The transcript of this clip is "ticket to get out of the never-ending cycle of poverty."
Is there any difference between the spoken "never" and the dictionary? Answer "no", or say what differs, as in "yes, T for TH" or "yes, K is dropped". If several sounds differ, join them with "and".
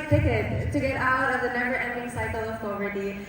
yes, B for V